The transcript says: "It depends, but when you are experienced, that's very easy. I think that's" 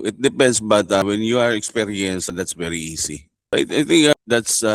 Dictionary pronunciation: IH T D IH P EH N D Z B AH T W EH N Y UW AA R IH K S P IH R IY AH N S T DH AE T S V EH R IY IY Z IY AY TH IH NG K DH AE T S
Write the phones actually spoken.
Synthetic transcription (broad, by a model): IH T D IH P EH N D S B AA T W EH N Y UW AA R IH K S P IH R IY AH N S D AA T S V EH R IY IY S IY AY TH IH NG K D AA T S